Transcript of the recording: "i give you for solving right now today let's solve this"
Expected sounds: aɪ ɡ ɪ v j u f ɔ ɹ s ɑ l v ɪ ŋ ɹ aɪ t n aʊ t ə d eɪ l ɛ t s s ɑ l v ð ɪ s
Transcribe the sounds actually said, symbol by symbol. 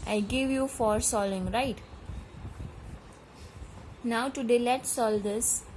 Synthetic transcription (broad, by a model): aɪ ɡ ɪ v j u f ɔ ɹ s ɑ l ɪ ŋ ɹ aɪ t n aʊ t ə d eɪ l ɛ t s s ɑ l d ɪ s